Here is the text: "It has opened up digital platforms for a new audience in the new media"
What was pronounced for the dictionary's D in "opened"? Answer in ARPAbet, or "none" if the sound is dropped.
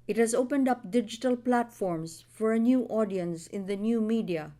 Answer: D